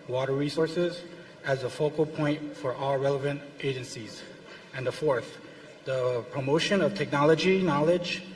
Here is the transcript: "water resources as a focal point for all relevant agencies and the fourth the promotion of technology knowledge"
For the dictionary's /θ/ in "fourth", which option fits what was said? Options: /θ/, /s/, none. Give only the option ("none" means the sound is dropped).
/θ/